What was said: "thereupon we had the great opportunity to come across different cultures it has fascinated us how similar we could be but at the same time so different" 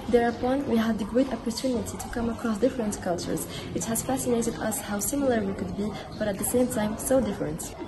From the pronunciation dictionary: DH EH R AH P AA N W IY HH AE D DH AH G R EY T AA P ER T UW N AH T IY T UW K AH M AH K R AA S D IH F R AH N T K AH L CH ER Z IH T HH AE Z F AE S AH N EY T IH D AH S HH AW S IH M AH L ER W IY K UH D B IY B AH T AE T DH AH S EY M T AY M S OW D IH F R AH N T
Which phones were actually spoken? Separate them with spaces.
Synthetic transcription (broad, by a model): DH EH R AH P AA N W IY HH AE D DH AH G R EY T AA P ER T UW N AH T IY T UW K AH M AH K R AA S D IH F R AH N T K AH L CH ER Z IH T HH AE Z F AE S AH N EY T IH D AH S HH AW S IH M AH L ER W IY K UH D B IY B AH T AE T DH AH S EY M T AY M S OW D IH F R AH N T